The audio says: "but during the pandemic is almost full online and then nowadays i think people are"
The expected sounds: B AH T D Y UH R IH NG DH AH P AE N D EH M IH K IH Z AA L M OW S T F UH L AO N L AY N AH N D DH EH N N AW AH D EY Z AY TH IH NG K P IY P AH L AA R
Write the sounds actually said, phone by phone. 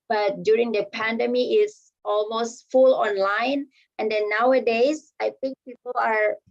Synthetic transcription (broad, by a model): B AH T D Y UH R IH NG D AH P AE N D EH M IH IH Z AA L M OW S T F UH L AO N L AY N AH N D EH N N AW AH D EY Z AY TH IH NG K P IY P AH L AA R